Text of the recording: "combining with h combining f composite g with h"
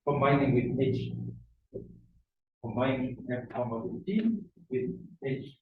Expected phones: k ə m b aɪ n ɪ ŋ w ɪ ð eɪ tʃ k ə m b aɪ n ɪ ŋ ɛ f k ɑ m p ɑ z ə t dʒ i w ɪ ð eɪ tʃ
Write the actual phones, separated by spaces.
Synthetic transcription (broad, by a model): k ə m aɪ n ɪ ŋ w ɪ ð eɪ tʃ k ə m aɪ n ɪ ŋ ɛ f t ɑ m ɑ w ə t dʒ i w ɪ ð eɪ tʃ